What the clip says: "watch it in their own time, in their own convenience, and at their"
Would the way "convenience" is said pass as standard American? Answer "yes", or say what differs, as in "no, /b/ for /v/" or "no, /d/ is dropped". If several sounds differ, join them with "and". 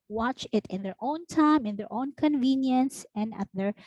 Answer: yes